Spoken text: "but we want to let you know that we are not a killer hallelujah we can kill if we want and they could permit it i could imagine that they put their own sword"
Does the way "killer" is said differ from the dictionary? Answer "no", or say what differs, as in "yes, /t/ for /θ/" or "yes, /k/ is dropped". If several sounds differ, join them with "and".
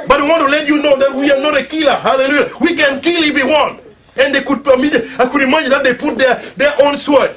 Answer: no